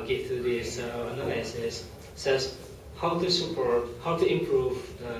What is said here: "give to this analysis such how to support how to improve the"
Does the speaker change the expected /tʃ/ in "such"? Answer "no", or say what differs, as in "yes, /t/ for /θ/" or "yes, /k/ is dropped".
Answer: yes, /s/ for /tʃ/